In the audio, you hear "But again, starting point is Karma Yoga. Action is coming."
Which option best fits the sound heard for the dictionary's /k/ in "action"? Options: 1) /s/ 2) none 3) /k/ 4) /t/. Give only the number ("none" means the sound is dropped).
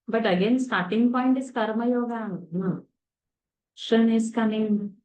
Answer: 2